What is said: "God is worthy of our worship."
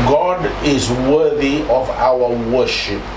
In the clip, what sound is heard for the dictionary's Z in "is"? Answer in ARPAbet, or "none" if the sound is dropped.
Z